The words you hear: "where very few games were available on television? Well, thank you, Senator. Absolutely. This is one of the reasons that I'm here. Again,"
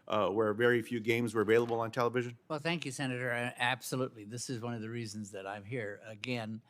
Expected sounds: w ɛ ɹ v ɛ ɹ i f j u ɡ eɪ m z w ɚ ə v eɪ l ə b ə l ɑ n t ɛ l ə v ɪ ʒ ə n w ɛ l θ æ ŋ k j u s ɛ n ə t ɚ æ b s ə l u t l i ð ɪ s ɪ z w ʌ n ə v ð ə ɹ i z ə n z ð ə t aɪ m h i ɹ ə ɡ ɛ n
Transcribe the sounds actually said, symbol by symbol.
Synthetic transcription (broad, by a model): w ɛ ɹ v ɛ ɹ i f j u ɡ eɪ m z w ɚ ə v eɪ l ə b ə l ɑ n t ɛ l ə v ɪ ʒ ə n w ɛ l θ æ ŋ k j u s ɛ n ə t ɚ æ b s ə l u t l i ð ɪ s ɪ z w ʌ n ə v ð ə ɹ i z ə n z ð ə t aɪ m h i ɹ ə ɡ ɛ n